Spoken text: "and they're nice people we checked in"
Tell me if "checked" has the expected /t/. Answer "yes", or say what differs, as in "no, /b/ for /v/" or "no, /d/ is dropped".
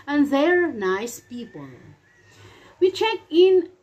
no, /t/ is dropped